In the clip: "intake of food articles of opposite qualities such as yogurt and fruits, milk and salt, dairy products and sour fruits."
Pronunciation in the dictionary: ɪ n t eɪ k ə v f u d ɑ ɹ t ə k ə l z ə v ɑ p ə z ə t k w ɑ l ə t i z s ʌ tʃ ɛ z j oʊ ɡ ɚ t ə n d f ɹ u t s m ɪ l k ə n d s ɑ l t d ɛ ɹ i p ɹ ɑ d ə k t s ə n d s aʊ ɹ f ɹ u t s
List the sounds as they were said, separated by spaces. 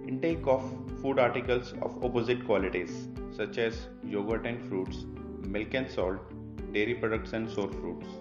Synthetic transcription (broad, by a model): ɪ n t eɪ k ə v f u d ɑ ɹ t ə k ə l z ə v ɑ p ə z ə t k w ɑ l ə t i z s ʌ tʃ ɛ z j oʊ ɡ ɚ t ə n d f ɹ u t s m ɪ l k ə n s ɑ l t d ɛ ɹ i p ɹ ɑ d ə k t s ə n d s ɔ ɹ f ɹ u t s